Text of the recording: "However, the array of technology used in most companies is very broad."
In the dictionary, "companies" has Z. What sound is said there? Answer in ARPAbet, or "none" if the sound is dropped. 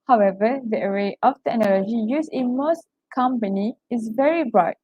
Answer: none